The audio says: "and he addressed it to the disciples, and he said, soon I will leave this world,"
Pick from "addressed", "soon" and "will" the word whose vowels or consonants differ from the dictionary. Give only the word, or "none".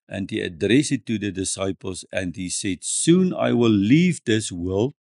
addressed